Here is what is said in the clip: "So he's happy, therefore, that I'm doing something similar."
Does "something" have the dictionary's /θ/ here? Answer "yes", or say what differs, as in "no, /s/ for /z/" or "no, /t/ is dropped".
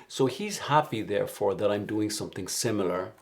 yes